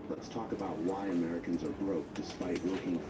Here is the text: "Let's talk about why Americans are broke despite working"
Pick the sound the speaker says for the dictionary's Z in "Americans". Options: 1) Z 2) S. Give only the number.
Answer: 1